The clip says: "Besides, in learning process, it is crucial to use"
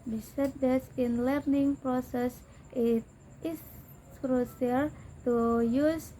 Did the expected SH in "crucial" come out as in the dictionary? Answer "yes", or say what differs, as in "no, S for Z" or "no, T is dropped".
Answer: no, S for SH